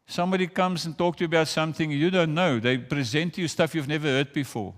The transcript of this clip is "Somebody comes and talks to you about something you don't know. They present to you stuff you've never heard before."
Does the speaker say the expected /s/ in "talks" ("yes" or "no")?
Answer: no